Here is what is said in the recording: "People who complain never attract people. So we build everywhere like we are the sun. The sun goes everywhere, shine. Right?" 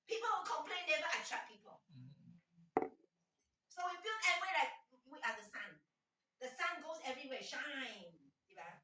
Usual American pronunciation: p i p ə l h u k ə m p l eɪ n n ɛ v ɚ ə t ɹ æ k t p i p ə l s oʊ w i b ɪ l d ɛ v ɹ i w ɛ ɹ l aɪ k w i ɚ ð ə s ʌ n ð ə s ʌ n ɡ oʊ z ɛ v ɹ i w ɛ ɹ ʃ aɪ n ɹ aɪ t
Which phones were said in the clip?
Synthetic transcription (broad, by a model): p i p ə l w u k ə m p l eɪ n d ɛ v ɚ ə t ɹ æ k p i p ə l s oʊ w i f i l ɛ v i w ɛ l aɪ k w i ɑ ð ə s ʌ n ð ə s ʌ n ɡ oʊ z ɛ v ɹ i w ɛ ʃ aɪ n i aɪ